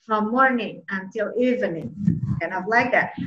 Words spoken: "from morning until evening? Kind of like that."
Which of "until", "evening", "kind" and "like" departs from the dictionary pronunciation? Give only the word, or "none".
kind